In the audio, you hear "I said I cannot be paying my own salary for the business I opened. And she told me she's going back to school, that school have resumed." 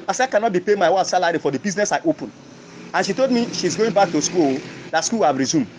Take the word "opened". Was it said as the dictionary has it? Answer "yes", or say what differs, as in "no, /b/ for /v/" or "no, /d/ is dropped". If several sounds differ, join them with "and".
no, /d/ is dropped